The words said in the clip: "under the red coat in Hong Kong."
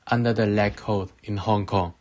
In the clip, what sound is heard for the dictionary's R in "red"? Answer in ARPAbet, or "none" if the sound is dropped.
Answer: L